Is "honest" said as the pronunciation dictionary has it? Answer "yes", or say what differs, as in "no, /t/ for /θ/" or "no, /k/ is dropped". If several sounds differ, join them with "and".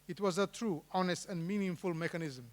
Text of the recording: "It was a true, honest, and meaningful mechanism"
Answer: yes